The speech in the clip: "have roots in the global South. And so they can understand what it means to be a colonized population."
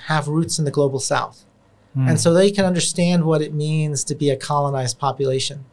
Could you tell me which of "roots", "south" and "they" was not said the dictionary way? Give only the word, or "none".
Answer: none